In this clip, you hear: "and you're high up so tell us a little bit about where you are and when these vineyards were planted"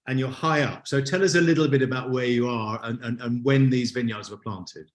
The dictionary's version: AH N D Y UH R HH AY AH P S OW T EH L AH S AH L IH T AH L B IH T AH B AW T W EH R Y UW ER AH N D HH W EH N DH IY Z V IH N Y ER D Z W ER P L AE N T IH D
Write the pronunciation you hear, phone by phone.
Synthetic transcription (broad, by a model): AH N Y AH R HH AY AH P S OW T EH L AH S AH L IH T L B IH T AH B AW T W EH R Y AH ER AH N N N W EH N DH IY Z V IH N Y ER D Z W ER P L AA N T IH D